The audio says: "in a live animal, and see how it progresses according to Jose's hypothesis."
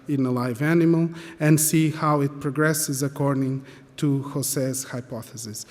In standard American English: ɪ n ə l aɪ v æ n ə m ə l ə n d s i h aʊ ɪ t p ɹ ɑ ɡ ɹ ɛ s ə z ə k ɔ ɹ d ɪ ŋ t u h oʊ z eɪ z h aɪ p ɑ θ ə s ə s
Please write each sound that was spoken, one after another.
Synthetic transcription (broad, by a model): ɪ n ə l aɪ v æ n ə m ə l ə n d s i h aʊ ɪ t p ɹ ɑ ɡ ɹ ɛ s ə z ə k ɔ ɹ d ɪ ŋ t u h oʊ s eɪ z h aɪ p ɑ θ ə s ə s